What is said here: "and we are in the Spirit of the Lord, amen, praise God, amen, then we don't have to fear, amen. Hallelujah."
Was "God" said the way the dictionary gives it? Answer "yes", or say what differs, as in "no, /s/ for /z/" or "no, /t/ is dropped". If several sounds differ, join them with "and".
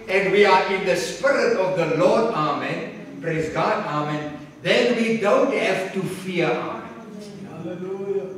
yes